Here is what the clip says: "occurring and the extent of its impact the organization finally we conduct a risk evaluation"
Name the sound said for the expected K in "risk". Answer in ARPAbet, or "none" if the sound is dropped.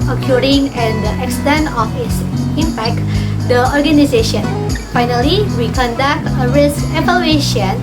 K